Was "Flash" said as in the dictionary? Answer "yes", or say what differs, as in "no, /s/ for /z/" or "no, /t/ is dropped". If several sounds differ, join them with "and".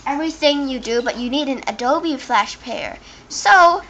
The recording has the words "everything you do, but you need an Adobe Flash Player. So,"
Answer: yes